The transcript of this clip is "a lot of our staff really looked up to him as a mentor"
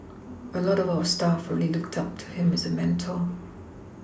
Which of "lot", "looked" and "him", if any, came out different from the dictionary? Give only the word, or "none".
none